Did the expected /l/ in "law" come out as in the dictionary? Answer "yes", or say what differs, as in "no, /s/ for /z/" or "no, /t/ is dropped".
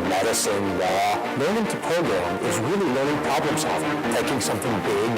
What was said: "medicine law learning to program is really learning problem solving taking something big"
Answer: no, /w/ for /l/